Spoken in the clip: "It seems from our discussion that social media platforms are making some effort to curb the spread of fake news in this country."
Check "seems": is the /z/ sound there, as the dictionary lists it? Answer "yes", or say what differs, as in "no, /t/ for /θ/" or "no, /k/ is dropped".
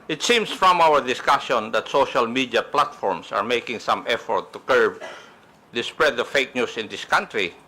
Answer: no, /s/ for /z/